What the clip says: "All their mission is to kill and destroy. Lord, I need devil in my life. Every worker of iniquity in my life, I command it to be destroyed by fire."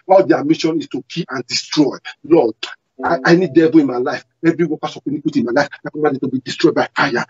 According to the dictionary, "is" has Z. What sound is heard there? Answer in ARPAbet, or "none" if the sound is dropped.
S